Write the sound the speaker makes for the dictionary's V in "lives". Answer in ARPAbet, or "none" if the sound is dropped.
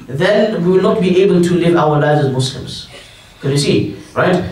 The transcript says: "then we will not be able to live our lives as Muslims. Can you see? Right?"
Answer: V